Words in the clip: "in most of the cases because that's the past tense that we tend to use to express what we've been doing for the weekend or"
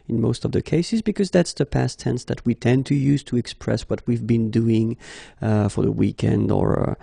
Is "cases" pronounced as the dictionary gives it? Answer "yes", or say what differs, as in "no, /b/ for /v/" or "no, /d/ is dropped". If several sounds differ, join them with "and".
yes